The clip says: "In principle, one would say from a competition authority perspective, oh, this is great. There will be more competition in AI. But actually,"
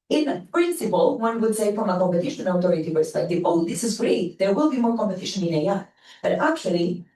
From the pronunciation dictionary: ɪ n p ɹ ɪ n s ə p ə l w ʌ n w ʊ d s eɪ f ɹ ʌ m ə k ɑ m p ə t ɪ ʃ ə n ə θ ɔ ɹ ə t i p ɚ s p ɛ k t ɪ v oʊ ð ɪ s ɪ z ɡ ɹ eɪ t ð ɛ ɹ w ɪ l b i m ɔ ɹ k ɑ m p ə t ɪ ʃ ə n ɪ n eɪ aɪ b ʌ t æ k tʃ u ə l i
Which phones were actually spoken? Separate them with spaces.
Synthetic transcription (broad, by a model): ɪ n p ɹ ɪ n s ə p ə l w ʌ n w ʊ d s eɪ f ɹ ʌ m ə k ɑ m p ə t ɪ ʃ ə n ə t ɔ ɹ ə t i p ɚ s p ɛ k t ɪ v oʊ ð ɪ s ɪ z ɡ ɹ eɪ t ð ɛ ɹ w ɪ l b i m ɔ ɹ k ɑ m p ə t ɪ ʃ ə n ɪ n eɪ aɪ b ʌ t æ k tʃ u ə l i